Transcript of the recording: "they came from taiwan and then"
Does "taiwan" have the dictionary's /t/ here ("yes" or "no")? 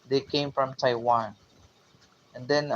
yes